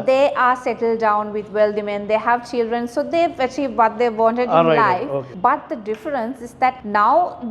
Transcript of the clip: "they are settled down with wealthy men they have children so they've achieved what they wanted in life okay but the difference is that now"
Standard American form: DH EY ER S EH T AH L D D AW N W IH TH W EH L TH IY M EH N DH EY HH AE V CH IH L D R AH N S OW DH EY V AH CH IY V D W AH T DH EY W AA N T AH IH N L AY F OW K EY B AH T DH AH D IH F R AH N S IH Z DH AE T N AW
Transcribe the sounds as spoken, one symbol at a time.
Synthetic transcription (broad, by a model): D EY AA S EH T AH L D D AW N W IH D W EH L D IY M EH N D EY HH AE V CH IH L D R AH N S OW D EY AH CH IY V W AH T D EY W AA N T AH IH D L AY F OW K B AH T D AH D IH F R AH N S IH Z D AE T N AW